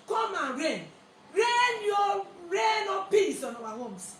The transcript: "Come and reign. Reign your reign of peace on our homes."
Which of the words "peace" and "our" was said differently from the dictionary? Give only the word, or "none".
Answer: our